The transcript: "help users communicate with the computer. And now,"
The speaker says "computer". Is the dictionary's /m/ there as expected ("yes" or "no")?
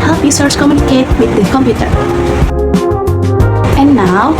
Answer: yes